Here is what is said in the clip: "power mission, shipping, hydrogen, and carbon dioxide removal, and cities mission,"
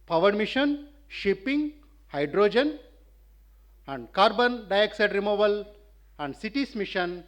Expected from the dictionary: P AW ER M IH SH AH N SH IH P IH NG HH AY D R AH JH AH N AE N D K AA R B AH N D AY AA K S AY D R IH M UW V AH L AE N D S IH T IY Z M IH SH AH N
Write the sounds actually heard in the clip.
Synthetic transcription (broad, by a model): P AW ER M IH SH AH N SH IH P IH NG HH AY D R AH JH AH N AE N D K AA R B AH N D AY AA K S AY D R IH M UW V AH L AE N D S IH T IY S M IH SH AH N